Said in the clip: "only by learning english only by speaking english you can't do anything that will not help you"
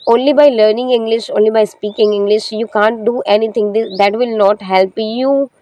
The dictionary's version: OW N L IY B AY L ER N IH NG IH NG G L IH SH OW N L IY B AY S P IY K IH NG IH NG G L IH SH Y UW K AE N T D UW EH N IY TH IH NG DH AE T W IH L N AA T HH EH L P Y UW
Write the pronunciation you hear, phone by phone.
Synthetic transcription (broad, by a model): OW N L IY B AY L ER N IH NG IH NG G L IH SH OW N L IY B AY S P IY K IH NG IH NG G L IH SH Y UW K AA N T D UW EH N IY T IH NG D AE T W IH L N AA T HH EH L P Y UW